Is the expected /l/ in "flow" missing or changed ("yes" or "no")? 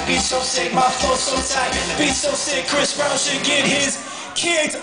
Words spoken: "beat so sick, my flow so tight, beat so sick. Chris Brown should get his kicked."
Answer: yes